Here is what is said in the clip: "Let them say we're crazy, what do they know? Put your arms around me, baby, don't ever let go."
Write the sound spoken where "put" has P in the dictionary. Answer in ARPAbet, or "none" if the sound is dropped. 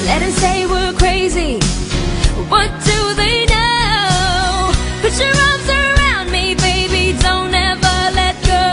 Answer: B